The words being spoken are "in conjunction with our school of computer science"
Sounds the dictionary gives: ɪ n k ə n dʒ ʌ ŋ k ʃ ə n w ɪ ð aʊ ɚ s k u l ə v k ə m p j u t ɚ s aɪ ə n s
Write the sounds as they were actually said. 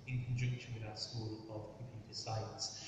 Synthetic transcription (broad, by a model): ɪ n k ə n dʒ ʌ k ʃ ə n w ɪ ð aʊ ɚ s k u l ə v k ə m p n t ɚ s aɪ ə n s